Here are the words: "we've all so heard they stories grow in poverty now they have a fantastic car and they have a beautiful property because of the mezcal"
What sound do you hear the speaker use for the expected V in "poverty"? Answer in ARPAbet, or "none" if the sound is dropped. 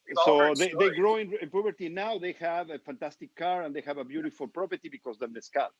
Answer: P